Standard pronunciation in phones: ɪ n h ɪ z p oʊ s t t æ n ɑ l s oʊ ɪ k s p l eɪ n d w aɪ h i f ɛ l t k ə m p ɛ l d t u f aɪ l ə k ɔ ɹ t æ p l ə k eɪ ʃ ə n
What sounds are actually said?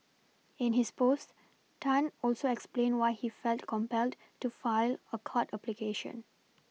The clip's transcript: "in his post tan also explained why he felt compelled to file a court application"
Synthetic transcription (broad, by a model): ɪ n h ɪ s p oʊ s t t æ n ɑ l s oʊ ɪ k s p l eɪ n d w aɪ h i f ɛ l t k ə m p ɛ l d t u f aɪ l ə k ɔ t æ p l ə k eɪ ʃ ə n